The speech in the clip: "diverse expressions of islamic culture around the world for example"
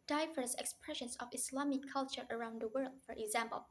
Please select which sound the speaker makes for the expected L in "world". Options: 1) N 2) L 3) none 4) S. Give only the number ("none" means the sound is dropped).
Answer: 2